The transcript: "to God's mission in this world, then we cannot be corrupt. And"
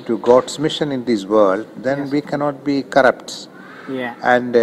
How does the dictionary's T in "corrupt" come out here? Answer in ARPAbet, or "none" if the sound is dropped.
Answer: T